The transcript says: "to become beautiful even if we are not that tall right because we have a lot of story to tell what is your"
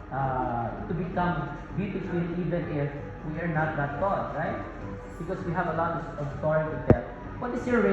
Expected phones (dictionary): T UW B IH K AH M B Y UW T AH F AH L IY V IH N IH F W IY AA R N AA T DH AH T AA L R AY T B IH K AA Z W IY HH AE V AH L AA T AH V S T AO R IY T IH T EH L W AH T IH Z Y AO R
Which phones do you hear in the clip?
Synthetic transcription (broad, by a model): T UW B IH K AH M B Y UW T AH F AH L IY V IH N IH F W IY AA R N AA T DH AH T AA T R AY T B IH K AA S W IY HH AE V AH L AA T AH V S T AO IY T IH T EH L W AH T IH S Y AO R